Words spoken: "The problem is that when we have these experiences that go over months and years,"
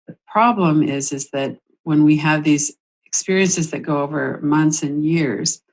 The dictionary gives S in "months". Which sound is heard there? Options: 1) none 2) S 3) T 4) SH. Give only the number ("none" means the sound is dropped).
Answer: 2